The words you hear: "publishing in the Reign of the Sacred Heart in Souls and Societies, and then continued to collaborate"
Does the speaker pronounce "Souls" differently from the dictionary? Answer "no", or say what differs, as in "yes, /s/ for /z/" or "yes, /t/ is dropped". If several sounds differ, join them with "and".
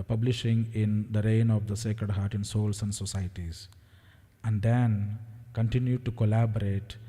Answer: yes, /s/ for /z/